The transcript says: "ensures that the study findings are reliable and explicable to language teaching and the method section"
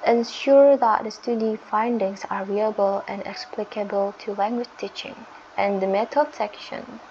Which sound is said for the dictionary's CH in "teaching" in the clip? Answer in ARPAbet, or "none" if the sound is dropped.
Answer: CH